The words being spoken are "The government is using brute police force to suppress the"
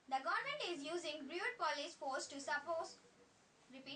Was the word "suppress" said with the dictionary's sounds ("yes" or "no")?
no